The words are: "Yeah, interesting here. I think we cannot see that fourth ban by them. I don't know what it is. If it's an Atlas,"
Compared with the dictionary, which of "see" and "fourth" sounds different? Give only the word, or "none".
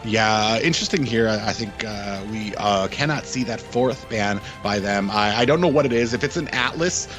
none